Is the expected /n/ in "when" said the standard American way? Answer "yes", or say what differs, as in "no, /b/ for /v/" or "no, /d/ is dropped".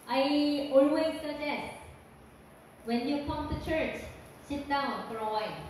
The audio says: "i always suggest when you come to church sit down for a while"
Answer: yes